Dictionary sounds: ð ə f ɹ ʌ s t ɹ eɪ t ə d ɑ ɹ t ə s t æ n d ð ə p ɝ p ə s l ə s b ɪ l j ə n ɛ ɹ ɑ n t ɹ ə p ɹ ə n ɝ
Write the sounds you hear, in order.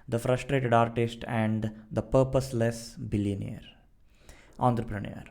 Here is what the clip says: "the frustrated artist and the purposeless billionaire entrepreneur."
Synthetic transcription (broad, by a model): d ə f ɹ ʌ s t ɹ eɪ t ə d ɑ ɹ t ə s t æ n d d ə p ɝ p ə s l ə s b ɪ l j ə n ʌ ɹ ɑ n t ɹ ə p ɹ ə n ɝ